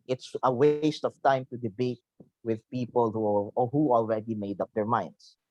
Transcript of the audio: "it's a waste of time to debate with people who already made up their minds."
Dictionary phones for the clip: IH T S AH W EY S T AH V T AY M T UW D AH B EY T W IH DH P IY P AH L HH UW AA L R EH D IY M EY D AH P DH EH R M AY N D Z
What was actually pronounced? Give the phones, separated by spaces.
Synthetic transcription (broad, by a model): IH T S AH W EY S T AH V T AY M T UW D AH B EY T W IH DH P IY P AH L HH UW AA L R EH D IY M EY D AH P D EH R M AY N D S